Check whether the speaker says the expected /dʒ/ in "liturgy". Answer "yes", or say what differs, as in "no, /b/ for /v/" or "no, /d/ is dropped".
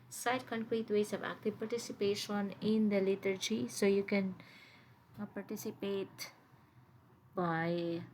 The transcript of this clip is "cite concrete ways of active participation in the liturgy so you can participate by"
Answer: yes